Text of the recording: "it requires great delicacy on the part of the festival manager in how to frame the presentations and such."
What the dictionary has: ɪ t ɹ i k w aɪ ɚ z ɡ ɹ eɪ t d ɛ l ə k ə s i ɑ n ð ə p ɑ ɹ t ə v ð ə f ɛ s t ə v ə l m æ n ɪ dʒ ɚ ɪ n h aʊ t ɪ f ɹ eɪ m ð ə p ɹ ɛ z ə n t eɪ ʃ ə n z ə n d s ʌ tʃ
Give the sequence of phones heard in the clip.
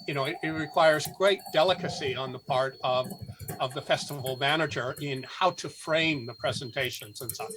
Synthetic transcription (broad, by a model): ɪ t ɹ i k w aɪ ɚ z ɡ ɹ eɪ t d ɛ l ə k ə s i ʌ n ð ə p ɑ ɹ t ə v ð ə f ɛ s t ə v l m æ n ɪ dʒ ɚ ɪ n h aʊ t ɪ f ɹ eɪ m ð ə p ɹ ɛ z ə n t eɪ ʃ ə n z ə n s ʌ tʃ